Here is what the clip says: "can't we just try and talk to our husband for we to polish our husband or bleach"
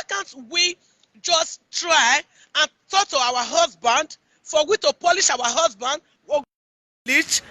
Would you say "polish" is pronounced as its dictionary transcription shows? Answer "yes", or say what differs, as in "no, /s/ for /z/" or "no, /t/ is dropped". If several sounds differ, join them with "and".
yes